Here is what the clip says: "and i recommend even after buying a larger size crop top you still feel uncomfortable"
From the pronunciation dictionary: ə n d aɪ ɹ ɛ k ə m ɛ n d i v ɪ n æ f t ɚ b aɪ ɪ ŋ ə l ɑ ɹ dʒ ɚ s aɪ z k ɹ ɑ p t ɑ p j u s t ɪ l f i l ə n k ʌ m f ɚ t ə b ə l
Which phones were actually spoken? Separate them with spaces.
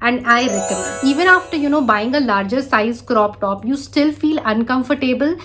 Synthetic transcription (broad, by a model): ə n d aɪ ɹ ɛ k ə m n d i v ɪ n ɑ f t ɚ b aɪ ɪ ŋ ə l ɑ ɹ dʒ ɚ s aɪ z k ɹ ɑ p t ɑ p j u s t ɪ l f i l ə n k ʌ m f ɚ t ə b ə l